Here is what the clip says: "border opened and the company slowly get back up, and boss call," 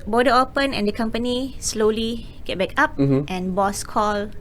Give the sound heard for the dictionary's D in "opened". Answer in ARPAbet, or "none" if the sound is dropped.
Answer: none